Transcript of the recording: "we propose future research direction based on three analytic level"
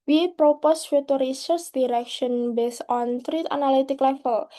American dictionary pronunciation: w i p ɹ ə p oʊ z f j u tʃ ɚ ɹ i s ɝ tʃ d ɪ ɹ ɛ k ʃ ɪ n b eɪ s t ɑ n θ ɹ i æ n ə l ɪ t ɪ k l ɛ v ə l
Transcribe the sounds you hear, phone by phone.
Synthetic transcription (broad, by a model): w i p ɹ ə p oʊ s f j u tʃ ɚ ɹ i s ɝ s d ɪ ɹ ɛ k ʃ ɪ n b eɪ s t ɑ n t ɹ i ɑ n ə l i t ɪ k l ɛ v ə l